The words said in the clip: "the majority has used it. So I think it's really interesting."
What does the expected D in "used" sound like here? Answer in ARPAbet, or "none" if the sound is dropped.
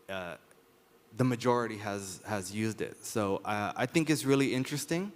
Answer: D